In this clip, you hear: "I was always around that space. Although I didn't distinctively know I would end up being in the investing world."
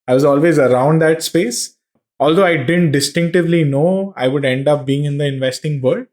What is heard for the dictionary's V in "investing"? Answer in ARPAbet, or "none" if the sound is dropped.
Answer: V